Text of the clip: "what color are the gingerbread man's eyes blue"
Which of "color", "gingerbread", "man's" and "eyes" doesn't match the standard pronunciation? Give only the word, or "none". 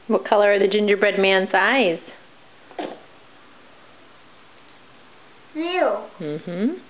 none